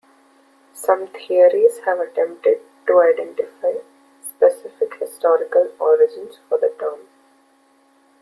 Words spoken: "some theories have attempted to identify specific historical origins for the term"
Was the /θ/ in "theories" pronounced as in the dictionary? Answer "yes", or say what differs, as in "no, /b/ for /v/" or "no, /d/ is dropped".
no, /t/ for /θ/